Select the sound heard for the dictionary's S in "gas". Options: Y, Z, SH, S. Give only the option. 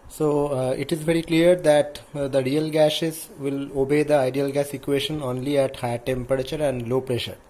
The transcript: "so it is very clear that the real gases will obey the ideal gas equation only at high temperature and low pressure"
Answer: S